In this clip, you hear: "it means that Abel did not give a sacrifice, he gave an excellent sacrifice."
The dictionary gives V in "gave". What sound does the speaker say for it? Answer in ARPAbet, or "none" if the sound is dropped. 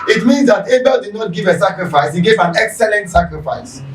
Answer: V